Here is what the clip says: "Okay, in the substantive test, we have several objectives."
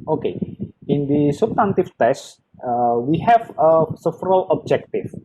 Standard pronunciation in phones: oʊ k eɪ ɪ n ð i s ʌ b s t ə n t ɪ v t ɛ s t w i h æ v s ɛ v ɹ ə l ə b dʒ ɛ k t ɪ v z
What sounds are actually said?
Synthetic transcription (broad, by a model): oʊ k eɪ ɪ n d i s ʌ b s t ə n t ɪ f t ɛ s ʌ w i h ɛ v s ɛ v ɹ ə l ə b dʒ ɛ k t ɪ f